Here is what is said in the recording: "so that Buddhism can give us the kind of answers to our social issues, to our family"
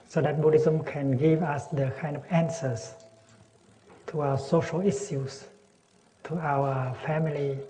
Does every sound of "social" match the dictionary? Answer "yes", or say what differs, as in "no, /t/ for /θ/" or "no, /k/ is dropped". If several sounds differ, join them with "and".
yes